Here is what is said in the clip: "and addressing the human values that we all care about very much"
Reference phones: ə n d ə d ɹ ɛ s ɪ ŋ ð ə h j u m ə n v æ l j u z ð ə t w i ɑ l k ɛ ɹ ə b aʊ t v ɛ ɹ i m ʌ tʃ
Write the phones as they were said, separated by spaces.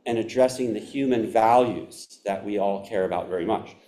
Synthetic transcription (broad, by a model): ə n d ə d ɹ ɛ s ɪ ŋ ð ə h j u m ə n v æ l j u z ð ə t w i ɑ l k ɛ ɹ ə b aʊ t v ɛ ɹ i m ʌ tʃ